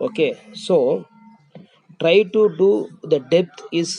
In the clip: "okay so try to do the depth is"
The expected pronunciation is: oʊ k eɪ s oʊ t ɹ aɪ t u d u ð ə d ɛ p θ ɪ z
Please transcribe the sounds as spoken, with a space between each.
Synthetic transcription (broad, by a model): oʊ k eɪ s oʊ t ɹ aɪ t u d u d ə d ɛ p t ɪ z